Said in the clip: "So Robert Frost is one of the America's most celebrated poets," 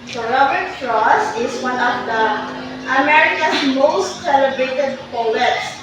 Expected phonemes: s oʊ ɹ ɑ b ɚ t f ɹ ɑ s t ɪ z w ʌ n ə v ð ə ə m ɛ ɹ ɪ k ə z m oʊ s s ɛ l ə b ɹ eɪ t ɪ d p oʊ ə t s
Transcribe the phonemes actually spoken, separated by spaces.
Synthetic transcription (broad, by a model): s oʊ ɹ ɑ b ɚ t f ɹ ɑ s ɪ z w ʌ n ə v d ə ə m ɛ ɹ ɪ k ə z m oʊ s s ɛ l ə b ɹ eɪ t ɪ d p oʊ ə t s